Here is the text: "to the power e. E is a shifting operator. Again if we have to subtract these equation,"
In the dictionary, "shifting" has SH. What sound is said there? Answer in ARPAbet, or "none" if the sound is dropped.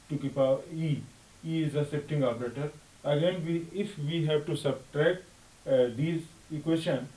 S